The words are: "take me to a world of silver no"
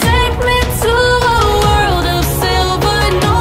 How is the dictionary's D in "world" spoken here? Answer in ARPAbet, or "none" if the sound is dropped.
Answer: D